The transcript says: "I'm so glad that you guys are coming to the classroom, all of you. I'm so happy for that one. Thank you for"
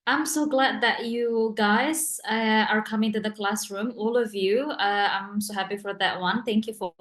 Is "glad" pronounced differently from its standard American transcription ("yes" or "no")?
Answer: no